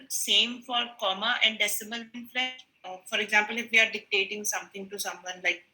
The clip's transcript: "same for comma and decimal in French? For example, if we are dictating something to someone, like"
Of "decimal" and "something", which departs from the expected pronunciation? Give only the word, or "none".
something